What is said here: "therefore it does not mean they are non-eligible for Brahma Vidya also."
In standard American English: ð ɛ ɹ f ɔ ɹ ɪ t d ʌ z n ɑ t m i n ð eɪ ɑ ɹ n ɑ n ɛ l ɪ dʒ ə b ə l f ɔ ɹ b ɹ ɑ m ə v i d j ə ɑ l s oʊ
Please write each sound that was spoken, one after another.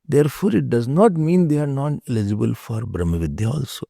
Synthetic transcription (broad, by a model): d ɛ ɹ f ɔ ɹ ɪ t d ʌ z n ɑ t m i n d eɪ ɑ ɹ n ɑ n ɛ l ɪ dʒ ə b ə l f ɔ ɹ b ɹ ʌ m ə v i d j ə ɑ l s oʊ